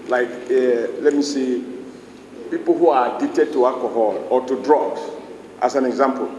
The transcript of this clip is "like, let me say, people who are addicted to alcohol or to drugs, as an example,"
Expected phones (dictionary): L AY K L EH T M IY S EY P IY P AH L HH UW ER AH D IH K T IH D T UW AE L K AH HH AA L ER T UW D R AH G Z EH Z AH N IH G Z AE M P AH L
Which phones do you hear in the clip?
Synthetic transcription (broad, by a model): L AY K L EH T M IY S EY P IY P AH L HH UW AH D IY T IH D T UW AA L K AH HH AA L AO T UW D R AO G S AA S AH N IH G Z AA M P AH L